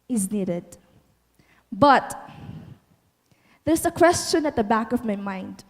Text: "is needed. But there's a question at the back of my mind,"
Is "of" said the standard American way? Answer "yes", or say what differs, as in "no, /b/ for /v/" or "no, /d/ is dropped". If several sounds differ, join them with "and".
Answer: yes